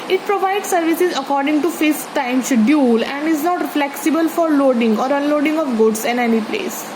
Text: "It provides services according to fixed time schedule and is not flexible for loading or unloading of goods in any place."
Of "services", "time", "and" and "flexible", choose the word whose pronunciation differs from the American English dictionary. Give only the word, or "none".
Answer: none